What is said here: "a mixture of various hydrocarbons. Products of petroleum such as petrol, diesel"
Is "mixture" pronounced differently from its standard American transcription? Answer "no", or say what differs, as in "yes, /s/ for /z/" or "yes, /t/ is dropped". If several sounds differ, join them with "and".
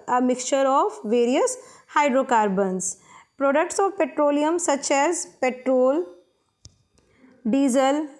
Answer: no